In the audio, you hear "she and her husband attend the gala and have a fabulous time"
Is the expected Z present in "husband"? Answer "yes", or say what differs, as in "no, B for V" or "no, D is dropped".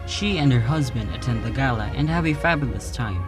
yes